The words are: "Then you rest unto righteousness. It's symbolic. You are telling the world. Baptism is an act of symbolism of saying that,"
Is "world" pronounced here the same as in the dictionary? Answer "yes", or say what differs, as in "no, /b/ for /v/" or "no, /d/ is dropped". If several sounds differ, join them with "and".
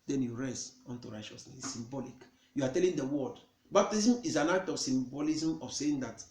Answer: no, /l/ is dropped